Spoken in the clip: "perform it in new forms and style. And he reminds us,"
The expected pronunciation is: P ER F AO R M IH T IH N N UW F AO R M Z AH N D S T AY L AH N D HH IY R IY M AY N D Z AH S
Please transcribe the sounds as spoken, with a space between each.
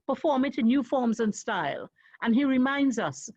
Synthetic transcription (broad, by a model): P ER F AO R M IH T IH N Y UW F AO R M Z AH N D S T AY L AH N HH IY R IY M AY N D Z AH S